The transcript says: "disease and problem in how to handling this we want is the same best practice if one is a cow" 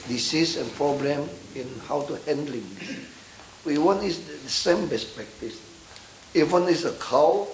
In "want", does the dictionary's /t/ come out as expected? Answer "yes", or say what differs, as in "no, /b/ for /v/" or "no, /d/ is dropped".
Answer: no, /t/ is dropped